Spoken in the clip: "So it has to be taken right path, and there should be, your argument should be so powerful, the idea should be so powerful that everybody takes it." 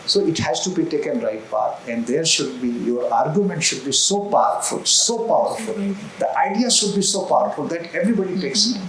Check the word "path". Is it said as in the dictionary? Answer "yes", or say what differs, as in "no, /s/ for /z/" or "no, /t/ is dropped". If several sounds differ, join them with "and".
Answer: no, /t/ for /θ/